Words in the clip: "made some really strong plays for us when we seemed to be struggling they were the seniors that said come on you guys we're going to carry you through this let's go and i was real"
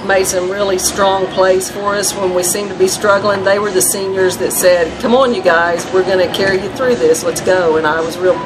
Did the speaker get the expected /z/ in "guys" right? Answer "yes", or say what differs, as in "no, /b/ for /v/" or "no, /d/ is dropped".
yes